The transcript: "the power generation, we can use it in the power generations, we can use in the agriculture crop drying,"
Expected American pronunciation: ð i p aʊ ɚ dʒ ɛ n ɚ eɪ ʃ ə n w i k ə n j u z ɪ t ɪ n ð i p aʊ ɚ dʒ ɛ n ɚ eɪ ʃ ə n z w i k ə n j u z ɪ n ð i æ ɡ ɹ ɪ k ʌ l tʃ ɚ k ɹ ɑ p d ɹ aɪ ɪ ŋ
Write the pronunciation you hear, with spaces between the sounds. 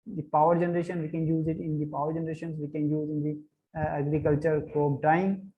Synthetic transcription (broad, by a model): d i p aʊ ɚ dʒ ɛ n ɚ eɪ ʃ ə n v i k ə n j u z ɪ t ɪ n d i p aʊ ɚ dʒ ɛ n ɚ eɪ ʃ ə n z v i k ə n j u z ɪ n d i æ ɡ ɹ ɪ k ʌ l tʃ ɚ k ɔ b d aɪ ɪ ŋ